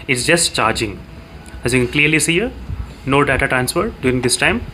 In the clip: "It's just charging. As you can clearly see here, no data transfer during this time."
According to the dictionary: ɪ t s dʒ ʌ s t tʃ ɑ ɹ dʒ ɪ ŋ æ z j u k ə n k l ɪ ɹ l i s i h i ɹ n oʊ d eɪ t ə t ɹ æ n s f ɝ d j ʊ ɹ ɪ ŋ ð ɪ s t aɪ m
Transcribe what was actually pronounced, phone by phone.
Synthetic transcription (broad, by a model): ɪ t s dʒ ʌ s t tʃ ɑ ɹ dʒ ɪ ŋ æ z j u k ə n k l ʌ ɹ l i s i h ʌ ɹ n oʊ d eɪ t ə t ɹ æ n s f ɝ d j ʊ ɹ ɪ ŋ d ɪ s t aɪ m